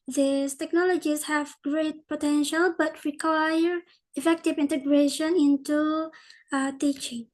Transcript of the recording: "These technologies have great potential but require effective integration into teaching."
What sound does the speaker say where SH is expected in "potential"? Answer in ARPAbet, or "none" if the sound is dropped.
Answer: SH